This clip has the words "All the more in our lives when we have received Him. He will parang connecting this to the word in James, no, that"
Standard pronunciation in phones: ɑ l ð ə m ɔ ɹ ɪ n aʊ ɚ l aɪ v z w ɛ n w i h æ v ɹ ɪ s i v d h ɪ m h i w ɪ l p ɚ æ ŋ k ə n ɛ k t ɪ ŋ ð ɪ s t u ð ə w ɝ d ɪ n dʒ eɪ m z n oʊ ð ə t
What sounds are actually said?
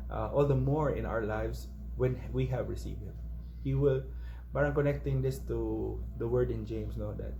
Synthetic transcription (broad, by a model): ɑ l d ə m ɔ ɹ ɪ n aʊ ɚ l aɪ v s w ɛ n w i h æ v ɹ ɪ s i v d h ɪ m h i w ɪ l b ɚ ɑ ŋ k ə n ɛ k t ɪ ŋ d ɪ s t u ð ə w ɝ d ɪ n dʒ eɪ m s n oʊ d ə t